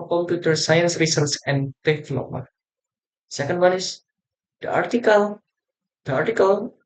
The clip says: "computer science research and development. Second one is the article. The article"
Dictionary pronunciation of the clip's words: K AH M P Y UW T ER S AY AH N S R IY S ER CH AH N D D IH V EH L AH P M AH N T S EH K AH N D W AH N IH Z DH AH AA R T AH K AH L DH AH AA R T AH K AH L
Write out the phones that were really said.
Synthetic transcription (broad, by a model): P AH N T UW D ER S AY AH N S R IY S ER S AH N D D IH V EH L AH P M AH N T S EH K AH N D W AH N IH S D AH AA R T AH K AH L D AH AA R T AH K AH L